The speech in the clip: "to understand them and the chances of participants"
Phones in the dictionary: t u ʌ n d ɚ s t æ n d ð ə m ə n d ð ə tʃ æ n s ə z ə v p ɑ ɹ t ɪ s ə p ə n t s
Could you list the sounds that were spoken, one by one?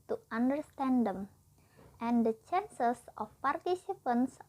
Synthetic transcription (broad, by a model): t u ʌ n d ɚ s t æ n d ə m ə n d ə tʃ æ n s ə s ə f p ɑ ɹ t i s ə p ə n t s